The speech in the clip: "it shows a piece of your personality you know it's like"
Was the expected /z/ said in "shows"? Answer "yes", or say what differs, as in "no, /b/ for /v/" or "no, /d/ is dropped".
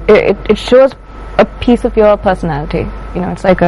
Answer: yes